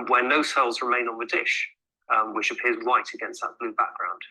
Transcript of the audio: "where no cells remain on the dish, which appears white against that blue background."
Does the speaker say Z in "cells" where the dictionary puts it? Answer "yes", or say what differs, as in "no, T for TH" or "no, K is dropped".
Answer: yes